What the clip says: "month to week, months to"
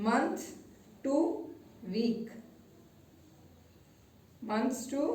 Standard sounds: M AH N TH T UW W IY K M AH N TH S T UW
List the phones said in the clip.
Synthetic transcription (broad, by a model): M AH N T T UW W IY K M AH N T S T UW